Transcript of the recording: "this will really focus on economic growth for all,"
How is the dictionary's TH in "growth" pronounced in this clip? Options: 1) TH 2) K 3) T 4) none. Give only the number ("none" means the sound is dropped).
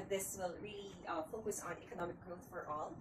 1